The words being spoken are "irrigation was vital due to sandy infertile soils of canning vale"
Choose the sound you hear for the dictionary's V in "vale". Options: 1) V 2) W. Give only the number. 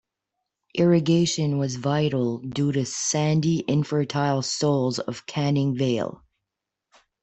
1